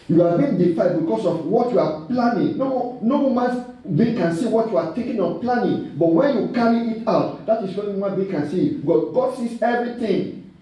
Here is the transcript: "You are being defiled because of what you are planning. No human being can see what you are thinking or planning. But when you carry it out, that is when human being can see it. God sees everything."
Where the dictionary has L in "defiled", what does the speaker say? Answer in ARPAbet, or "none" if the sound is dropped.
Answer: none